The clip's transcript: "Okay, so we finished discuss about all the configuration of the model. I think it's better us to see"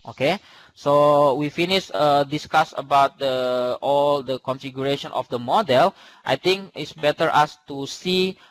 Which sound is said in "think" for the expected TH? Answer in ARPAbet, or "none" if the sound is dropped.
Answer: T